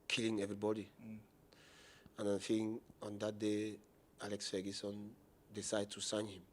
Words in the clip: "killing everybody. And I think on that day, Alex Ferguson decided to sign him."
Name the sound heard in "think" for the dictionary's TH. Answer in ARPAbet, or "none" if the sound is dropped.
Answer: F